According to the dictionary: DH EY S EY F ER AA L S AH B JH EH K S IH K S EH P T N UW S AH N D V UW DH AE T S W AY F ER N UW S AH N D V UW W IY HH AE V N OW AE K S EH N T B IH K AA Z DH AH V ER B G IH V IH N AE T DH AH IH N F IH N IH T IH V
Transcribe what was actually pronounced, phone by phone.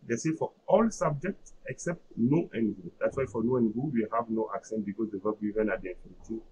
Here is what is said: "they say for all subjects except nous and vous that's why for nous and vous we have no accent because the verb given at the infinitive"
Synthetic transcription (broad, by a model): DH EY S EY F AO AA L S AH B JH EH K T IH K S EH P T N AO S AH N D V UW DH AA T S W AY F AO N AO AH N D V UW W IY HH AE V N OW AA K S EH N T B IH K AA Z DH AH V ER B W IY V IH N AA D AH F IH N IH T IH